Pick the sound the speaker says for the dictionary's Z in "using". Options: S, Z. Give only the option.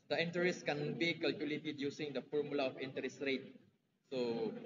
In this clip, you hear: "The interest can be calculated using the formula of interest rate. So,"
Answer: S